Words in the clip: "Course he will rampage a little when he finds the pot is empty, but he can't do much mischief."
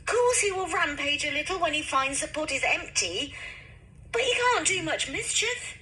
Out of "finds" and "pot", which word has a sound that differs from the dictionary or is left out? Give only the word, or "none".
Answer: none